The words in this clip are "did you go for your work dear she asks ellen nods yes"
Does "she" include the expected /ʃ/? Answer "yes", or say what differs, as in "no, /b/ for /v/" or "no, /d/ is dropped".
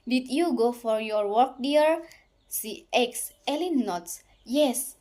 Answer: no, /s/ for /ʃ/